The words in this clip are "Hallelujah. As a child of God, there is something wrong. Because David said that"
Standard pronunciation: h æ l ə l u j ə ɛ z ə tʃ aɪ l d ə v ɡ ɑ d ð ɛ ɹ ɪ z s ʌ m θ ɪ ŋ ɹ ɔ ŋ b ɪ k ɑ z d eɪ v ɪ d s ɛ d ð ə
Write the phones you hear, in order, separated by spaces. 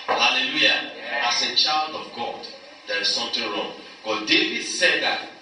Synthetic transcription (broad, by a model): h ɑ l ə l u j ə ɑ s ə tʃ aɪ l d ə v ɡ ɑ d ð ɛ ɹ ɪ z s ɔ m t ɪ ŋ ɹ ɔ ŋ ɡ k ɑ d eɪ v ɪ d s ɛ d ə